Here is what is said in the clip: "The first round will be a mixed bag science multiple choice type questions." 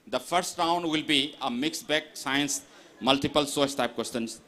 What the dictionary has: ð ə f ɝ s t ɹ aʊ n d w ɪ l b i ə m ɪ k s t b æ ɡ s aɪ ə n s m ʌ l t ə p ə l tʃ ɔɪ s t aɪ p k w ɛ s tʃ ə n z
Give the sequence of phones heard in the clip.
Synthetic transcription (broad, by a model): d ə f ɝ s t ɹ aʊ n d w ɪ l b i ə m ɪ k s b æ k s aɪ ə n s m ʌ l t ə p ə l s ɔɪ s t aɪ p k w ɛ s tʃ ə n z